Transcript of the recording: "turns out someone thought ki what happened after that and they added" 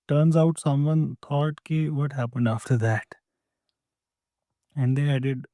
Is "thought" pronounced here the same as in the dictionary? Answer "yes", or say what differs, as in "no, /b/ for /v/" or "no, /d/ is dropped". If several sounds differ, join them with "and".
no, /t/ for /θ/